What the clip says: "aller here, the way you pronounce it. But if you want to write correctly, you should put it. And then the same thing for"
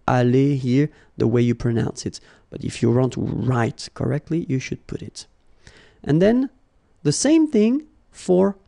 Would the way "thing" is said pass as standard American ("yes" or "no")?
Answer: yes